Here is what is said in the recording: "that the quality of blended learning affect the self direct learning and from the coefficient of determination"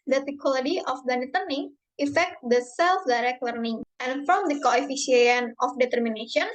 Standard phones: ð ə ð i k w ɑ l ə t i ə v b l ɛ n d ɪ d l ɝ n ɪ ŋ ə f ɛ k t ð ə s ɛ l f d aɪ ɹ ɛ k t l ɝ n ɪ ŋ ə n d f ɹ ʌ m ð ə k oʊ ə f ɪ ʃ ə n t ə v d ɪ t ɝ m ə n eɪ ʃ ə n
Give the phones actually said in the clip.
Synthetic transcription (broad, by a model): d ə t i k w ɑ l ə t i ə f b ɛ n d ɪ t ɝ n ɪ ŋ ə f ɛ k t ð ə s ɛ l f d aɪ ɹ ɛ k t l ɝ n ɪ ŋ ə n f ɹ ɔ m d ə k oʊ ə f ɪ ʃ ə n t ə f d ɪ t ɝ m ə n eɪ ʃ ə n